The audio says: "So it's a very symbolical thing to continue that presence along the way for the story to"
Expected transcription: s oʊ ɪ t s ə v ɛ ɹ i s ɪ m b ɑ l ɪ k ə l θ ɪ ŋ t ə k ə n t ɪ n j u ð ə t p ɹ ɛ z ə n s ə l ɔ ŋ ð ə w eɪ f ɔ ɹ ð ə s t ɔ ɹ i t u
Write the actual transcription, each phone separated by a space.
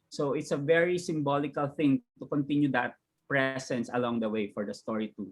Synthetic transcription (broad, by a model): s oʊ ɪ t s ə v ɛ ɹ i s ɪ m b ɑ l ɪ k ə l θ ɪ ŋ t ə k ə n t ɪ n j u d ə t p ɹ ɛ s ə n s ə l ɔ ŋ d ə w eɪ f ɔ ɹ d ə s t ɔ ɹ i t u